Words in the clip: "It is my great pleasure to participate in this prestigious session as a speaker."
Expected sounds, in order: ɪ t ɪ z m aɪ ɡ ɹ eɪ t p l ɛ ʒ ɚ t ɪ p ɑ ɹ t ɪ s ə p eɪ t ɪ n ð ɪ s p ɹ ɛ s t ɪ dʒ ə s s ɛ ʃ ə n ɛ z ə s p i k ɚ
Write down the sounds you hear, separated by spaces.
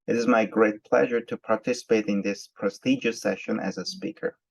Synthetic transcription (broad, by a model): ɪ t ɪ z m aɪ ɡ ɹ eɪ t p l ɛ ʒ ɚ t ɪ p ɑ ɹ t ɪ s ə p eɪ t ɪ n ð ɪ s p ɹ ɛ s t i dʒ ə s s ɛ ʃ ə n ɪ z ə s p i k ɚ